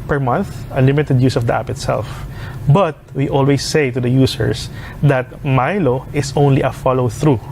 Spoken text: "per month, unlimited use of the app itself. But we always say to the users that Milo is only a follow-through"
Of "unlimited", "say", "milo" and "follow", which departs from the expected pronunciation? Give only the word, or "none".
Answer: unlimited